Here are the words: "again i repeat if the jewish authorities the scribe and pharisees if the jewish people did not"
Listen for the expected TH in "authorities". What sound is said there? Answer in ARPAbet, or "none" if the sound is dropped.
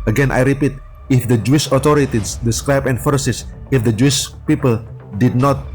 T